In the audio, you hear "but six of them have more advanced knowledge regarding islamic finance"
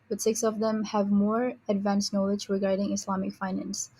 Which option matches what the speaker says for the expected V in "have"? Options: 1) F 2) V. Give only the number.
2